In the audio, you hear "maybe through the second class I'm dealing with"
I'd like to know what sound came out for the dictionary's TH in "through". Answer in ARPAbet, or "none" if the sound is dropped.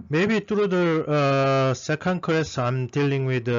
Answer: T